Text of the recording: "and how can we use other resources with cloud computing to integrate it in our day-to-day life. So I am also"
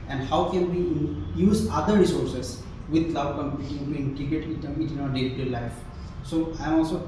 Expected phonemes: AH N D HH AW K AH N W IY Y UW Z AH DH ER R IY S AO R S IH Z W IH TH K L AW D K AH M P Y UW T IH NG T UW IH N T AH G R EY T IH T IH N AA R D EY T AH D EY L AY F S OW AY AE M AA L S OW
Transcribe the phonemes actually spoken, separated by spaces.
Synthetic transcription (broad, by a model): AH N D HH AW K AH N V IY Y UW Z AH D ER R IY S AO R S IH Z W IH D L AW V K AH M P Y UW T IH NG T UW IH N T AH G EY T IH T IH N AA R D EY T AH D L AY F S OW AY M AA L S OW